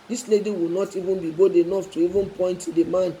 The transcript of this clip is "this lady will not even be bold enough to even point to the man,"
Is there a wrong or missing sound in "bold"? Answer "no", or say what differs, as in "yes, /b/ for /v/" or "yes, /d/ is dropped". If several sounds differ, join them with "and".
yes, /l/ is dropped